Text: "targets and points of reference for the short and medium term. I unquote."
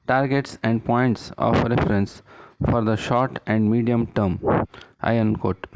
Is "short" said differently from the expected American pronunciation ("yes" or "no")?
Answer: no